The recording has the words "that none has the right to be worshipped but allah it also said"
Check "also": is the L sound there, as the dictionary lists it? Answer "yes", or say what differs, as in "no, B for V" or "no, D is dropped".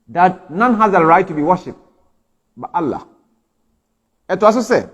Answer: no, L is dropped